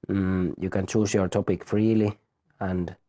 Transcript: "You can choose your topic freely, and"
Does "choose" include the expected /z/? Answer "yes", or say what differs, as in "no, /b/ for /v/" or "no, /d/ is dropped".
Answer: no, /s/ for /z/